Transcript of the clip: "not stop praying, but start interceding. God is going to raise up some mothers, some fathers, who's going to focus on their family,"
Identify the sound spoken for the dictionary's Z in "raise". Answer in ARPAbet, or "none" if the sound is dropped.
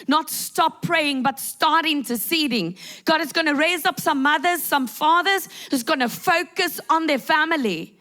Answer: Z